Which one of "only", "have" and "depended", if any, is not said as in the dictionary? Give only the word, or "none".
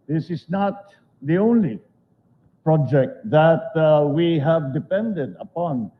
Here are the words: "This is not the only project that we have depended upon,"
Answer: none